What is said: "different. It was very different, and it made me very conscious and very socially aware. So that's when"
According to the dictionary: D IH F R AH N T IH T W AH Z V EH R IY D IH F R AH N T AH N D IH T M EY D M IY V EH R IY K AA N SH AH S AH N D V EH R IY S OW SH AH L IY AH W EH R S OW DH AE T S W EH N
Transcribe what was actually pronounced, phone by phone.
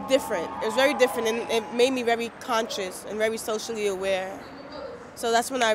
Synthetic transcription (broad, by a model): D IH F R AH N T IH T W AH Z V EH R IY D IH F R AH N T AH N IH T M EY D M IY V EH R IY K AA N SH AH S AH N V EH R IY S OW SH L IY AH W EH R S OW DH AE T S W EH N